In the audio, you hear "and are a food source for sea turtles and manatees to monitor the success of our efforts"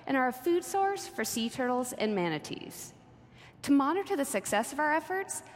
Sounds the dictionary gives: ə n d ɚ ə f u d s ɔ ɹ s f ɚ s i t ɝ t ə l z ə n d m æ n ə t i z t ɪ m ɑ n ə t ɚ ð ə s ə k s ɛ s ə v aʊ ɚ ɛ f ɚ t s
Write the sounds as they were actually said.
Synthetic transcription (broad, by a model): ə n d ɚ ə f u d s ɔ ɹ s f ɚ s i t ɝ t l z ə n m æ n ə t i z t ɪ m ɑ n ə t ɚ ð ə s ə k s ɛ s ə v aʊ ɚ ɛ f ɚ t s